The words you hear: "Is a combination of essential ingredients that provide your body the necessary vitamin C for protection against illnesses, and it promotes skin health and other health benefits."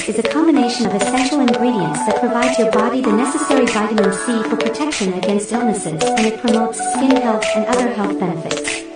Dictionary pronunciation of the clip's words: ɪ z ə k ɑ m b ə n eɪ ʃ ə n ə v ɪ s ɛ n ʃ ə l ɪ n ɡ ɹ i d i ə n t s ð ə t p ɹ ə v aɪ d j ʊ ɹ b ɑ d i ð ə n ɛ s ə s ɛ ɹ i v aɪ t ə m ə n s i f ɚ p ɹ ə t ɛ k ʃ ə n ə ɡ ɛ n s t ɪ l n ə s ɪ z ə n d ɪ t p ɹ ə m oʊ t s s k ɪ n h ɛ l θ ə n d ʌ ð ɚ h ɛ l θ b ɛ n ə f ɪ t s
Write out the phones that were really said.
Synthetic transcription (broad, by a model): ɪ z ə k ɑ m b ə n eɪ ʃ ə n ə v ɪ s ɛ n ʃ l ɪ n ɡ ɹ i d i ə n s ð ə t p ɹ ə v aɪ d j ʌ ɹ b ɑ d i ð ə n ɛ s ə s ɛ ɹ i v aɪ t ə m ə n s i f ɚ p ɹ ə t ɛ k ʃ ə n ə ɡ ɛ n s t ɪ l n ə s ɪ z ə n ɪ t p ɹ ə m oʊ t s s k ɪ n h ɛ l θ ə n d ʌ ð ɚ h ɛ l θ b ɛ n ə f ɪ t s